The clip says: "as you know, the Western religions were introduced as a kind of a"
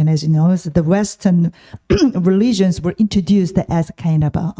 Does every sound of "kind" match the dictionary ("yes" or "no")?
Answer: no